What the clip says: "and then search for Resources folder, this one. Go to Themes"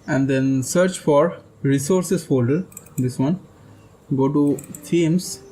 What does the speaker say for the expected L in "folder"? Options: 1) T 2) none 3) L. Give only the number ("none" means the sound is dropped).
2